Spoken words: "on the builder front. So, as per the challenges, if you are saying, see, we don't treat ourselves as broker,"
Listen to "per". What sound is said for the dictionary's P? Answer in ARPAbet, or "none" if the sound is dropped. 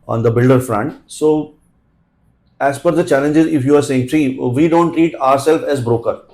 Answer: F